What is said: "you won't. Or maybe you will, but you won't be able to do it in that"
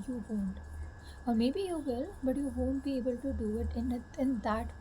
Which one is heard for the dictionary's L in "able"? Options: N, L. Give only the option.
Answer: L